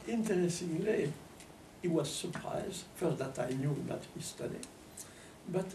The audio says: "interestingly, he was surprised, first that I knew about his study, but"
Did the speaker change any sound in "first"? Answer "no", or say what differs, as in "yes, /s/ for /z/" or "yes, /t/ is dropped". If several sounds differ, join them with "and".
yes, /s/ is dropped